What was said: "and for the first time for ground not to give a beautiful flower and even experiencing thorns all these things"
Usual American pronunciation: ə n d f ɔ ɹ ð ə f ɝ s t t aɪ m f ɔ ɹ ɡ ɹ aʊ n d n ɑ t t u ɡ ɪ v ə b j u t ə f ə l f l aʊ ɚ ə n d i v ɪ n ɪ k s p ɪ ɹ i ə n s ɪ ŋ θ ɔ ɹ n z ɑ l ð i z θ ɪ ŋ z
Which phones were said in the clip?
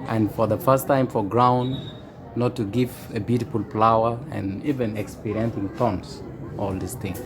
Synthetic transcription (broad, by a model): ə n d f ɔ ɹ ð ə f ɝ s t t aɪ m f ɔ ɹ ɡ ɹ aʊ n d n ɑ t t u ɡ ɪ v ə b j u t ə f ə l p l aʊ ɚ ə n i v ɪ n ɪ k s p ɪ ɹ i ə n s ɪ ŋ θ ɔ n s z ɑ l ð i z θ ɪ ŋ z